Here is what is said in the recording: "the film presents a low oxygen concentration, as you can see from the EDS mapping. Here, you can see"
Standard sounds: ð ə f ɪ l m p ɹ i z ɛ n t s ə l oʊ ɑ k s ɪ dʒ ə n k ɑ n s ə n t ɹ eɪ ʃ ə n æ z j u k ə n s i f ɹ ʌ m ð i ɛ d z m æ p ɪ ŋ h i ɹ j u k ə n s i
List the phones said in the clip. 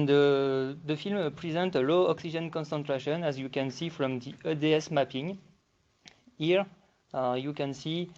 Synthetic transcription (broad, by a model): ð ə f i l m p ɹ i z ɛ n t ə l oʊ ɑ k s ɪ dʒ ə n k ɑ n s ə n t ɹ eɪ ʃ ə n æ z j u k ə n s i f ɹ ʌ m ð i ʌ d s m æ p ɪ ŋ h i ɹ j u k ə n s i